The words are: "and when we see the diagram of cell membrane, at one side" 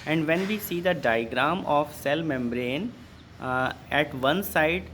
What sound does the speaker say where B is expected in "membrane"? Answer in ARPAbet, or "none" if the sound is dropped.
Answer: B